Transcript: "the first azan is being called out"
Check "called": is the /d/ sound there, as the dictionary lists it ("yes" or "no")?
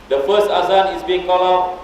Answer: no